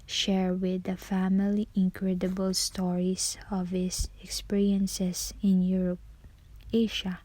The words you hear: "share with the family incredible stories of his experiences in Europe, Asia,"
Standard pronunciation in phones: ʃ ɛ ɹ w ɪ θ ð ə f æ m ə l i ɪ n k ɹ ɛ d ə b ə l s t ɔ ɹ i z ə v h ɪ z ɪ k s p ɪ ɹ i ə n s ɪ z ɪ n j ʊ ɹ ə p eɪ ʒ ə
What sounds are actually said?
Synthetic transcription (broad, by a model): ʃ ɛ ɹ w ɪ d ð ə f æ m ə l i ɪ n k ɹ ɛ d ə b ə l s t ɔ ɹ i s ə v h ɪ s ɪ k s p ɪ ɹ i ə n s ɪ s ɪ n j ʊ ɹ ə p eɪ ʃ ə